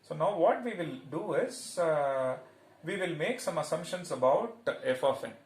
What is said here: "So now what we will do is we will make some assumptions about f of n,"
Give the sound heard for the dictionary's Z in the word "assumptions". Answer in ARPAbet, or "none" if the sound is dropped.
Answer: S